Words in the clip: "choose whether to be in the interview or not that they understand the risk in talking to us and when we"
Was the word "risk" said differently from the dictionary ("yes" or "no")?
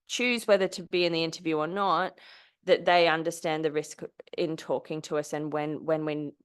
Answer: no